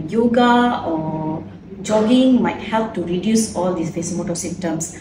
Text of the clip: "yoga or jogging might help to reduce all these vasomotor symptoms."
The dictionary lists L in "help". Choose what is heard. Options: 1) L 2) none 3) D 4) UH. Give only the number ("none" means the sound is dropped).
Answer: 1